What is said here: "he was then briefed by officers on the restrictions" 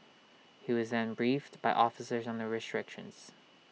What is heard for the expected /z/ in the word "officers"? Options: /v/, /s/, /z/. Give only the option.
/z/